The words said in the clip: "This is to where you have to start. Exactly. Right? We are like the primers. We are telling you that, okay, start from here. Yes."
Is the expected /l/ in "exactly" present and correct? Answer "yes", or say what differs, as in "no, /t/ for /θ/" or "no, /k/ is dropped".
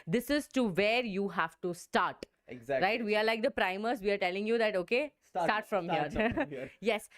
no, /l/ is dropped